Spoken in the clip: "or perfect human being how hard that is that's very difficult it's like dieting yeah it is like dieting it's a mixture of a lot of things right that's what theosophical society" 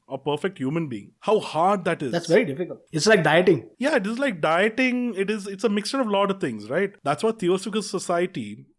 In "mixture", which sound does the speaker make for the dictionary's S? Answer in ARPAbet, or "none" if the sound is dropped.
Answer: S